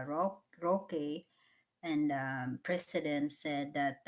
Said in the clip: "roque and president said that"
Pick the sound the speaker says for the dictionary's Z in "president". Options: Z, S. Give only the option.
S